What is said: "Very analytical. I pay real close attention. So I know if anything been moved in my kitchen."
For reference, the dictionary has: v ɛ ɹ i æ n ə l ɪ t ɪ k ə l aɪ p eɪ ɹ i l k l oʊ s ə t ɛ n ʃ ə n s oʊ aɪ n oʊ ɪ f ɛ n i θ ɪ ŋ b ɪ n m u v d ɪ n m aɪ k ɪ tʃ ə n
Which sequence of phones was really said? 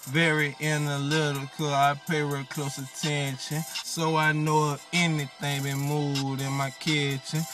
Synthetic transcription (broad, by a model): v ɛ ɹ i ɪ n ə l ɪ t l k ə aɪ p eɪ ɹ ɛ k l oʊ s ə t ɛ n ʃ ə n s oʊ aɪ n oʊ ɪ ɛ n i θ ɪ ŋ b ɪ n m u d ɪ n m aɪ k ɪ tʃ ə n